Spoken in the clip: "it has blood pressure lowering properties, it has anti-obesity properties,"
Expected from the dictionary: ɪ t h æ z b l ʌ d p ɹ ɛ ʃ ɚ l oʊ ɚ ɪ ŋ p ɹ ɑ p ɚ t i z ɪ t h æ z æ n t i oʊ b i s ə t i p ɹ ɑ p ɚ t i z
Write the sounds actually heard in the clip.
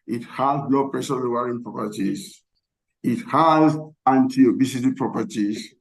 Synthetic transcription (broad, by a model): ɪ t h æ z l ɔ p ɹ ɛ s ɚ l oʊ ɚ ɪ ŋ p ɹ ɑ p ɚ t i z ɪ t h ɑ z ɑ n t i oʊ b i s ə t i p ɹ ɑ p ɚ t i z